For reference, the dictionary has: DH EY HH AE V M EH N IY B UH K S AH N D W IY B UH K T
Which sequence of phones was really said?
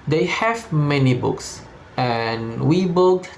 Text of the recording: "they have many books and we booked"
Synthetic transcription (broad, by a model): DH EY HH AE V M EH N IY B UH K S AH N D W IY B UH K